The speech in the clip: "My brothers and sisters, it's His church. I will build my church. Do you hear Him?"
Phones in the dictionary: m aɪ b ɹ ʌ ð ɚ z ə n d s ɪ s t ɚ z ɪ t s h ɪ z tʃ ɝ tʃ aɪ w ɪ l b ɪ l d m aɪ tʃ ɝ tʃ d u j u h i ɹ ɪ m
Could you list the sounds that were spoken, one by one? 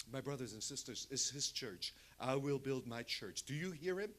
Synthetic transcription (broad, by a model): m aɪ b ɹ ʌ ð ɚ z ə n s ɪ s t ɚ z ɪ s h ɪ z tʃ ɝ tʃ aɪ w ɪ l b ɪ l d m aɪ tʃ ɝ tʃ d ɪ j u h i ɹ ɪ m